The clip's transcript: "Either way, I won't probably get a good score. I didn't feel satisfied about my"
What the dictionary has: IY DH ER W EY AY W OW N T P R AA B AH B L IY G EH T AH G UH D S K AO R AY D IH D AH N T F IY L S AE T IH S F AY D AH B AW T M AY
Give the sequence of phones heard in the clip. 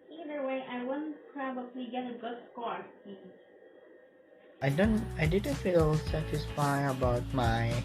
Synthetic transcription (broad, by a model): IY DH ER W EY AY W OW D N P R AA B AH B L IY G EH T AH G UH D S K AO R AY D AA D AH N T F IY L S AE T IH S F AY AH B AW T M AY